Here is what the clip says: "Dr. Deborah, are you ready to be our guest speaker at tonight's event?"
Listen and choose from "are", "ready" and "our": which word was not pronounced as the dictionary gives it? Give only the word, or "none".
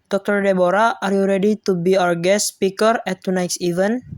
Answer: our